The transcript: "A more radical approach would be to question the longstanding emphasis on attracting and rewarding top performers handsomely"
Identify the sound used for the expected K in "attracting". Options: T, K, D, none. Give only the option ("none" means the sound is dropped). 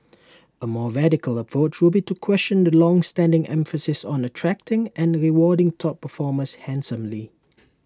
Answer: K